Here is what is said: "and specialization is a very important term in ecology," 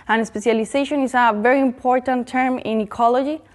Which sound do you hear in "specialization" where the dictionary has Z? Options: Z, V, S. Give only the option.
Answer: S